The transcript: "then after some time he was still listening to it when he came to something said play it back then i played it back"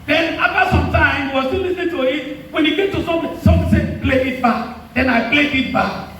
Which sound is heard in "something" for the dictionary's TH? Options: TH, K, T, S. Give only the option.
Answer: S